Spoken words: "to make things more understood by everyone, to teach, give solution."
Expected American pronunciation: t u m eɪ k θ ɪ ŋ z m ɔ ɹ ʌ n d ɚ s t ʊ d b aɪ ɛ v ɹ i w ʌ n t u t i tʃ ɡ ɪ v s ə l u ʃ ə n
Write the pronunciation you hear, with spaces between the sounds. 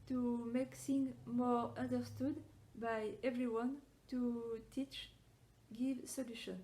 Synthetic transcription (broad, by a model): t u m eɪ k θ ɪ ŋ m ɔ ɹ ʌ n d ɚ s t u d b aɪ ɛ v ɹ i w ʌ n t u t i tʃ ɡ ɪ v s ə l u ʃ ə n